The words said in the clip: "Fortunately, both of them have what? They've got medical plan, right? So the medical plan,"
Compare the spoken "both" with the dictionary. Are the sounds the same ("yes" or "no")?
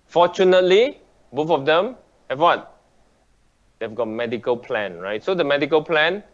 no